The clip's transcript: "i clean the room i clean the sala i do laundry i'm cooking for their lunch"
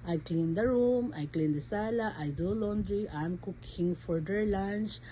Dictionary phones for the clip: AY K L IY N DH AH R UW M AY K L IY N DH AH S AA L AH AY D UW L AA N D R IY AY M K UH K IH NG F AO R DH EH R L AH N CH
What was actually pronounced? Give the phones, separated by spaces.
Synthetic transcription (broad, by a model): AY K L IY N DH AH R UW M AY K L IY N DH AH S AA L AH AY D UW L AA N D R IY AY M K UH K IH NG F AO R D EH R L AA N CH